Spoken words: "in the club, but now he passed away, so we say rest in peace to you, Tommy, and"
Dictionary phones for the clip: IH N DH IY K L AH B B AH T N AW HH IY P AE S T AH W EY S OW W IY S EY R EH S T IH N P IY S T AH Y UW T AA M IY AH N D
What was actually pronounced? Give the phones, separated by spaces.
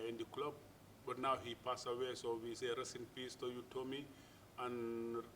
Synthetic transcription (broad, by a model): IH N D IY K L AH B B AH T N AW HH IY P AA S AH W EY S OW W IY S EY R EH S IH N P IY S T AH Y UW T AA M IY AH N